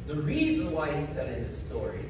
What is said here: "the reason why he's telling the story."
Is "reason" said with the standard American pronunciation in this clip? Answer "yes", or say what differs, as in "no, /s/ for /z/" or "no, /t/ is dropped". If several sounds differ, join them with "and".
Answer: yes